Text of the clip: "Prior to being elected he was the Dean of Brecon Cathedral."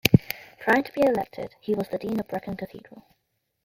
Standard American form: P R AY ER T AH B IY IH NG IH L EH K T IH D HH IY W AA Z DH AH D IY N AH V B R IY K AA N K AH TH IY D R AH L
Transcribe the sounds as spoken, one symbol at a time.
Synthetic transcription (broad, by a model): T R AY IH T AH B IY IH IH L EH K T IH D HH IY W AA Z DH AH D IY N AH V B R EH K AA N K AH TH IY D R AH L